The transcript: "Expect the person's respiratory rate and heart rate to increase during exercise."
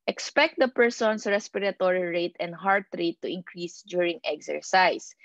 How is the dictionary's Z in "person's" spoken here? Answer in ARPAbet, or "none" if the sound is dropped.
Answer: S